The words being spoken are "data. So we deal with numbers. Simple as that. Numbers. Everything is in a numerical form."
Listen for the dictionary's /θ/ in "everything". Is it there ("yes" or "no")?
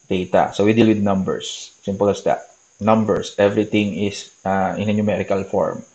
no